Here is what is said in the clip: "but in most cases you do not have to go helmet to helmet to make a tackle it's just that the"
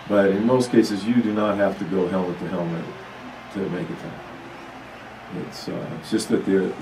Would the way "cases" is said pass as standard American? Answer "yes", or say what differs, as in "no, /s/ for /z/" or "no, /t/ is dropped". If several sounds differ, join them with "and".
yes